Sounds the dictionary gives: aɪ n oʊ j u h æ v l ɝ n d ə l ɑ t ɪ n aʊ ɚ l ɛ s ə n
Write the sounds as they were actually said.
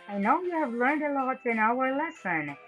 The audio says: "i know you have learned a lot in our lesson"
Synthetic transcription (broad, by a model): aɪ n oʊ j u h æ v l ɝ n d ə l ɑ t ɪ n aʊ ɚ l ɛ s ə n